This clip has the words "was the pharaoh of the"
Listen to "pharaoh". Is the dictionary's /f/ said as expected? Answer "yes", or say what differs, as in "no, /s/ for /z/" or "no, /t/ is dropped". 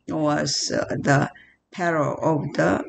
no, /p/ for /f/